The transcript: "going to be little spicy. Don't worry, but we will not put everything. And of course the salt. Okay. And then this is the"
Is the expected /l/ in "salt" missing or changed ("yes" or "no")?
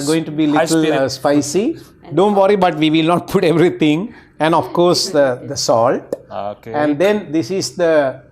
no